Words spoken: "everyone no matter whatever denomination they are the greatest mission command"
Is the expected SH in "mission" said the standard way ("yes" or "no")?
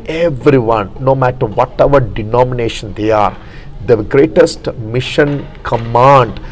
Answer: yes